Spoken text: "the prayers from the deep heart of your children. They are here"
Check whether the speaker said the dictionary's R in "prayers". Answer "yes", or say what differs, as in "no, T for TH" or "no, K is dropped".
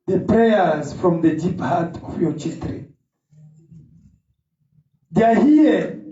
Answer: yes